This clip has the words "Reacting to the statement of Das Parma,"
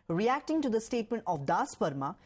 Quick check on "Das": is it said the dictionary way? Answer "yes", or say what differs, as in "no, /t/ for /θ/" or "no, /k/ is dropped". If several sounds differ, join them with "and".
yes